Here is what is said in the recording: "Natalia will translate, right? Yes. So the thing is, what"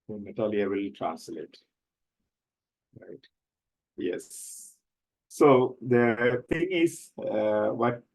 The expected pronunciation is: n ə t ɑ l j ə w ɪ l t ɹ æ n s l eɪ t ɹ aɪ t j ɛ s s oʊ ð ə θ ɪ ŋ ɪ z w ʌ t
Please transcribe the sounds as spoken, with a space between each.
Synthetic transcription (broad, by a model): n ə t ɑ l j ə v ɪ l t ɹ æ n s l eɪ t ɹ aɪ t j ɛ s s oʊ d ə t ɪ ŋ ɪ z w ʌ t